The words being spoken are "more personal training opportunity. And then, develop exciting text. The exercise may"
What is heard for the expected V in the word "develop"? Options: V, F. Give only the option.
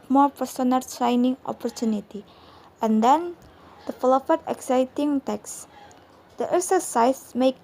F